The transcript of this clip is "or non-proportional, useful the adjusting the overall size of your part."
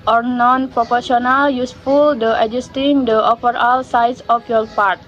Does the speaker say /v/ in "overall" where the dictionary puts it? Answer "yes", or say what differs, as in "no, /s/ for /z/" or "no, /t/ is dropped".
no, /f/ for /v/